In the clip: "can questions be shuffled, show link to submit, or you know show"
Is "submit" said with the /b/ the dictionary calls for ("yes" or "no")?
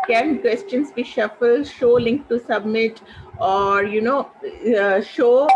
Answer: yes